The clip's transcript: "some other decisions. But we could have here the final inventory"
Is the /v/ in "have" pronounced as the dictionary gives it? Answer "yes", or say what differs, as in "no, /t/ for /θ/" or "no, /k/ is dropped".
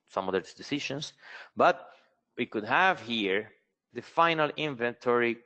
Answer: yes